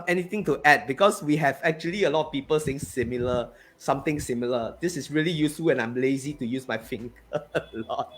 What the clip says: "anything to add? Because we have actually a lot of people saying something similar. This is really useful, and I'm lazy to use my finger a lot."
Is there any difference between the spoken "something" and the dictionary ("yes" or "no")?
yes